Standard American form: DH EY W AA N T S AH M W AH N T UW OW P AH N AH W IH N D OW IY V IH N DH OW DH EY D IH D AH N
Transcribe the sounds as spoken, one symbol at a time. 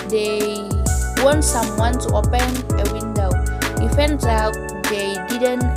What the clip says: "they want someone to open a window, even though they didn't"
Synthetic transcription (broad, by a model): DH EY W AA N T S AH M W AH N T UW OW P AH N AH W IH N D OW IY F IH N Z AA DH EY D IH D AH N